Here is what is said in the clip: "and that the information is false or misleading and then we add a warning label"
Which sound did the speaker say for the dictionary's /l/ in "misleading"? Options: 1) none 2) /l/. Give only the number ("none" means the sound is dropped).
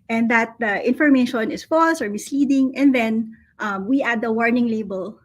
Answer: 1